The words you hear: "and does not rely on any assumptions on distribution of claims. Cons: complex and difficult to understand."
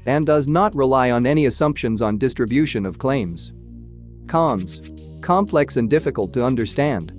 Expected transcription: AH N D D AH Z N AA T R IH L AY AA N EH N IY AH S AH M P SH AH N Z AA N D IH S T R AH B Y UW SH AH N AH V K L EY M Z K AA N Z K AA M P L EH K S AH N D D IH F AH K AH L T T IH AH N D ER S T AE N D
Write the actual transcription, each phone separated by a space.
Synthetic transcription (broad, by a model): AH N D D AH Z N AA T R IH L AY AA N EH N IY AH S AH M P SH AH N Z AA N D IH S T R AH B Y UW SH AH N AH V K L EY M Z K AA N Z K AA M P L EH K S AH N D D IH F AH K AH L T T IH AH N D ER S T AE N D